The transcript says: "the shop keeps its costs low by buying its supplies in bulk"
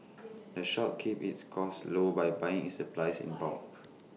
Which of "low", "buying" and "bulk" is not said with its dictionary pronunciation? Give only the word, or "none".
bulk